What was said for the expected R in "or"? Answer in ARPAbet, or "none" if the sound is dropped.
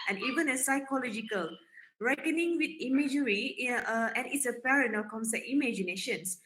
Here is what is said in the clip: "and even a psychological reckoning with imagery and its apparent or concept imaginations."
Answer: L